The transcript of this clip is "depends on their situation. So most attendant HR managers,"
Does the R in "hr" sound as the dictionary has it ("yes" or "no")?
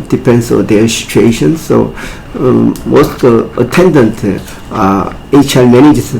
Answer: no